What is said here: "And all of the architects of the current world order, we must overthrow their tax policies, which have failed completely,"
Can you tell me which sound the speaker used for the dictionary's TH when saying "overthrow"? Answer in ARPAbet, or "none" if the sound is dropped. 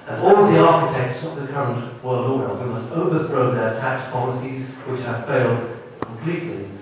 TH